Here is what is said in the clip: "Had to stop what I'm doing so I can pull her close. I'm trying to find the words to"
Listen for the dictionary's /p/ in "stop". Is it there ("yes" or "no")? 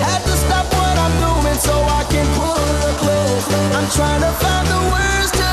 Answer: no